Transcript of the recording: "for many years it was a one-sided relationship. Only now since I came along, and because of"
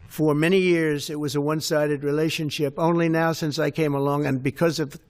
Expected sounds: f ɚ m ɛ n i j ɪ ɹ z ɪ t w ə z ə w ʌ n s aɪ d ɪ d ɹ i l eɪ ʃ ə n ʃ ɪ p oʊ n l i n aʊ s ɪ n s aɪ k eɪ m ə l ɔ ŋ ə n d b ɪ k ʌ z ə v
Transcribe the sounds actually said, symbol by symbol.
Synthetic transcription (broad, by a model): f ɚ m ɛ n i j ɪ ɹ z ɪ t w ə z ə w ʌ n s aɪ d ɪ d ɹ i l eɪ ʃ ə n ʃ ɪ p oʊ n l i n aʊ s ɪ n s aɪ k eɪ m ə l ɔ ŋ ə n b ɪ k ʌ z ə v